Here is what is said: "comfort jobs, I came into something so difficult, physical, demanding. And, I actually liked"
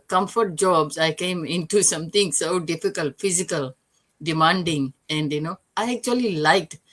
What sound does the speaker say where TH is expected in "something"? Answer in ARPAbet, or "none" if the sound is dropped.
T